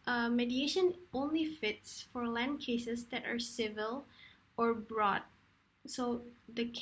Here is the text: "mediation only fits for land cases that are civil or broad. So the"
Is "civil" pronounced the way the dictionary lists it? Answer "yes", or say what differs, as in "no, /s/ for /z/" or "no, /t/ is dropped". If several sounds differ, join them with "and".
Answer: yes